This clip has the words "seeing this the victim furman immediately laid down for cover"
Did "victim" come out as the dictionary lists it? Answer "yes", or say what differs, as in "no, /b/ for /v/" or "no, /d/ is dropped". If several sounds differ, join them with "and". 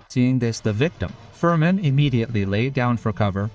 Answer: yes